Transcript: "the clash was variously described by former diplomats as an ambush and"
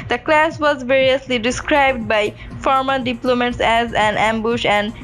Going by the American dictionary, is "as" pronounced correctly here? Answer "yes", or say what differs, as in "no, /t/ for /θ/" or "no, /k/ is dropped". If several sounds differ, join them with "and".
yes